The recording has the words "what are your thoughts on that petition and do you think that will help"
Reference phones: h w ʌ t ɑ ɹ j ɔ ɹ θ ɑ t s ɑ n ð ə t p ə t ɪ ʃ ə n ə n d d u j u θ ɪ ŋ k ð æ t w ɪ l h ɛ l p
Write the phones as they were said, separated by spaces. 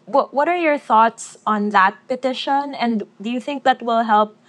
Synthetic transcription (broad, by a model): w w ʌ t ɑ ɹ j ɔ ɹ θ ɑ t s ɑ n ð ə t p ə t ɪ ʃ ə n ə n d d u j u θ ɪ ŋ k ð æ t w ɪ l h ɛ l p